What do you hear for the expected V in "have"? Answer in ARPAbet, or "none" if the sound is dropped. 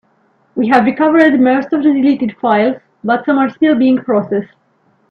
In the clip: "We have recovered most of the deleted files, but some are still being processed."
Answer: V